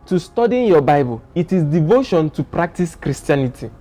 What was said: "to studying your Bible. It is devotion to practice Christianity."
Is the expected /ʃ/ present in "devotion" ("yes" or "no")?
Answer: yes